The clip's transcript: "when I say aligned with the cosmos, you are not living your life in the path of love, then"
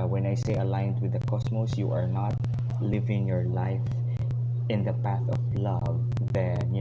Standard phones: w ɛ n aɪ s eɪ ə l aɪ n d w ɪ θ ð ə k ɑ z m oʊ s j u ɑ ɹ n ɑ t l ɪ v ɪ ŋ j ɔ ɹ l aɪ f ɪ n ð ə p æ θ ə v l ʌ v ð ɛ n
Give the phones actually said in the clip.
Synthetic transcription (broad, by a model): w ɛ n aɪ s eɪ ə l aɪ n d w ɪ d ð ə k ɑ s m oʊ s j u ɑ ɹ n ɑ t l ɪ v ɪ ŋ j ɔ ɹ l aɪ f ɪ n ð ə p æ θ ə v l ʌ v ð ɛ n